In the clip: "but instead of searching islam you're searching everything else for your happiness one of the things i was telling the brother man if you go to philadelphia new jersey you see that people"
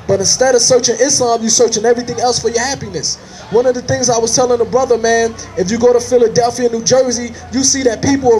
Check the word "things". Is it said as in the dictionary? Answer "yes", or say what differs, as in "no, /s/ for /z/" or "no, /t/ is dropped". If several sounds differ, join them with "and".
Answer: yes